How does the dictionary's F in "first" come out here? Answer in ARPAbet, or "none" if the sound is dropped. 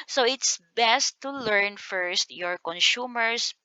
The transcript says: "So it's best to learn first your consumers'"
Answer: F